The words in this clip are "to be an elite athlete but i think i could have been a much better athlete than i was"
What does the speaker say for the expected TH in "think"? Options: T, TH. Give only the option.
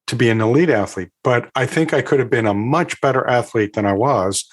TH